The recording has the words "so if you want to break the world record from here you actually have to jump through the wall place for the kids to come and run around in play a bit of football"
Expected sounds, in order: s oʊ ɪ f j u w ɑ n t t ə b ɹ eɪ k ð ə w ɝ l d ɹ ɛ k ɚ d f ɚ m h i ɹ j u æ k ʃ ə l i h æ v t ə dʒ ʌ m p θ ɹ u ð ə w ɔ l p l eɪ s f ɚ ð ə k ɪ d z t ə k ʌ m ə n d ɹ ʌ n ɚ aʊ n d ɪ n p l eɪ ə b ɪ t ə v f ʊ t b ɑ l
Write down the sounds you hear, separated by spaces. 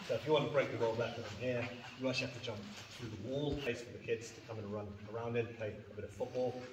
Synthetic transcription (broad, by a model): s oʊ ɪ f j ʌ w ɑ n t t ə b ɹ eɪ k ð ə w ɝ l d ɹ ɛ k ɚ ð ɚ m h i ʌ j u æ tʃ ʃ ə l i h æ f t ə dʒ ʌ m p θ ɹ u ð ə w ɔ l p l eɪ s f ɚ ð ə k ɪ d z t ə k ʌ m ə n ɹ ʌ n ɚ aʊ n d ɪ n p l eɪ ə b ɪ t ə v f ʊ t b ɑ l